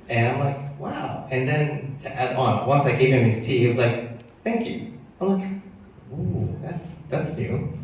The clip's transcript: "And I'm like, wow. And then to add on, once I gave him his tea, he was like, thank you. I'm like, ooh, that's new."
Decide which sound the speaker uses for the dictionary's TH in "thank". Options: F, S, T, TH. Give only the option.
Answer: TH